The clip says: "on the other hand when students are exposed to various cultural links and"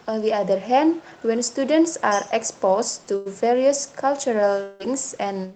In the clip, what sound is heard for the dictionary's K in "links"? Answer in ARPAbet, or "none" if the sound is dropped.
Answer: none